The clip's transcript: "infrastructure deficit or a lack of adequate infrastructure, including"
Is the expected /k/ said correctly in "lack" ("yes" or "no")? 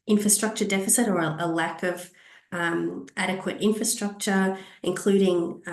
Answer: yes